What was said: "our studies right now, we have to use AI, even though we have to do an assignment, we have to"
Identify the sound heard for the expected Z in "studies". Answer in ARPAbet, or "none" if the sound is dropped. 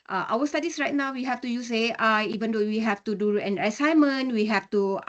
S